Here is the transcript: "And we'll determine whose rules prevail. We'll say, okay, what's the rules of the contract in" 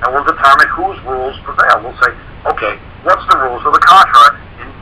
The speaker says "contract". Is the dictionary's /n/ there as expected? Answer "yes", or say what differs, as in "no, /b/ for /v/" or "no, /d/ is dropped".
no, /n/ is dropped